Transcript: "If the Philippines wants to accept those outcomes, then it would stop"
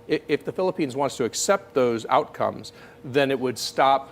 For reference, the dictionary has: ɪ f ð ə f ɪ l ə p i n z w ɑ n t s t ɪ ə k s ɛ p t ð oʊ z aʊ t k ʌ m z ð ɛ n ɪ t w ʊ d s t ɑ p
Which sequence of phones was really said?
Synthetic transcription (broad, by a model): ɪ f ð ə f ɪ l ə p i n z w ɑ n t s t ɪ ə k s ɛ p t ð oʊ z aʊ t k ʌ m z ð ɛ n ɪ t w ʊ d s t ɑ p